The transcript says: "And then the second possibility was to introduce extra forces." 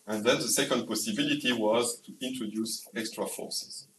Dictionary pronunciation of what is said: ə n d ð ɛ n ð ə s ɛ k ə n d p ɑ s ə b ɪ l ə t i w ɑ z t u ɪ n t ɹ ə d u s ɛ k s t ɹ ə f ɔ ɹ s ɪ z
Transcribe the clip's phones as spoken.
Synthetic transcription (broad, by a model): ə n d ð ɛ n ð ə s ɛ k ə n d p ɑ s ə b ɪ l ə t i w ɑ z t u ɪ n t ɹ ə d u s ɛ k s t ɹ ə f ɔ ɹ s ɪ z